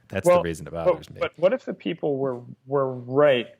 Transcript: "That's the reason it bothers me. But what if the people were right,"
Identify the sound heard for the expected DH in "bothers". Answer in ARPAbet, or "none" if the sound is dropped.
none